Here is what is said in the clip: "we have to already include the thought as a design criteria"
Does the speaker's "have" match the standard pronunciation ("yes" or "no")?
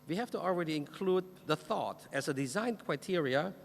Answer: no